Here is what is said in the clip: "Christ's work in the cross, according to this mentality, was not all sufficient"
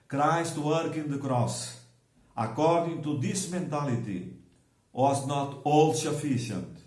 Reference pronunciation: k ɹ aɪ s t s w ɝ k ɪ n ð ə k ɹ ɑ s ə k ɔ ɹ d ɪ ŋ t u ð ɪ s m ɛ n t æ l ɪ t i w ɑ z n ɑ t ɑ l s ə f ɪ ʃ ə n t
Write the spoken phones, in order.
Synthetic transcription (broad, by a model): k ɹ aɪ s t w ɝ k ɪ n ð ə k ɹ ɑ s ə k ɔ ɹ d ɪ ŋ t u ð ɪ s m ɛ n t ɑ l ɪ t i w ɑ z n ɑ t ɑ l s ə f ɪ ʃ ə n t